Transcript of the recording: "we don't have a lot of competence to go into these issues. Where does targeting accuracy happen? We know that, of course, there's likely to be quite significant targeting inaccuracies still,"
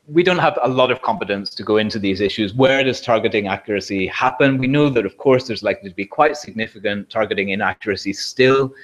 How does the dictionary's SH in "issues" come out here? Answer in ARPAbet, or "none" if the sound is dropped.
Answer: SH